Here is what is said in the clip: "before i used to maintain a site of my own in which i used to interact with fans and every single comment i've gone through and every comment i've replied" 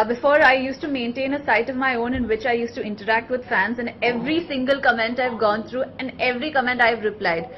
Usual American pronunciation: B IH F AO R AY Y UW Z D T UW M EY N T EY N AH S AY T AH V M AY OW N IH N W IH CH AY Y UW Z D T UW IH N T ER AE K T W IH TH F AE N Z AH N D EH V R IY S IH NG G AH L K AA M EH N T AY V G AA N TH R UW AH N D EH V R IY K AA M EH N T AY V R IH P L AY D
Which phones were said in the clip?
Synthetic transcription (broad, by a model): B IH F AO R AY Y UW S T UW M EY N T EY N AH S AY T AH V M AY OW N IH N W IH CH AY Y UW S T UW IH N T ER AE K T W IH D F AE N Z AH N D EH V R IY S IH NG G AH L K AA M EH N T AY V G AA N T R UW AH N D EH V R IY K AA M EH N T AY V R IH P L AY D